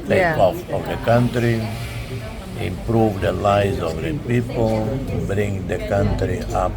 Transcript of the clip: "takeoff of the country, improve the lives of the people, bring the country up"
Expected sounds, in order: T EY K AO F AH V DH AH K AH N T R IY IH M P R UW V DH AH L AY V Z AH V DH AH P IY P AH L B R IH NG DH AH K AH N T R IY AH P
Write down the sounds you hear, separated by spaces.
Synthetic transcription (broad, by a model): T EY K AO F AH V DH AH K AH N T R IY IH M P R UW V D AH L AY Z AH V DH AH P IY P AH L B R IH NG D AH K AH N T R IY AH P